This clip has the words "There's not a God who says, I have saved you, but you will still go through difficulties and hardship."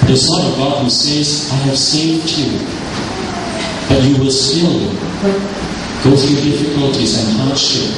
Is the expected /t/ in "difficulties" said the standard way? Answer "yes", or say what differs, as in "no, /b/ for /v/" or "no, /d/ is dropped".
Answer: yes